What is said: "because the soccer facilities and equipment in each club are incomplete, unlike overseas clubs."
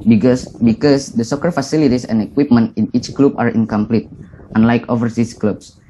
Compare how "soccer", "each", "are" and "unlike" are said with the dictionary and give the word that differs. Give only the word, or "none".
none